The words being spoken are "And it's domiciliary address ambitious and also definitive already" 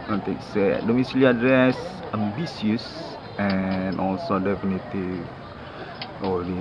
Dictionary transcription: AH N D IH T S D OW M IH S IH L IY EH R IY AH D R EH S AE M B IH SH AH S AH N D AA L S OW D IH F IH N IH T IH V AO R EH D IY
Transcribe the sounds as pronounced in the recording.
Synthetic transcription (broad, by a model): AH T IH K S D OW M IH S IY L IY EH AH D R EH S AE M B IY S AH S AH N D AA L S OW D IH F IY N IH T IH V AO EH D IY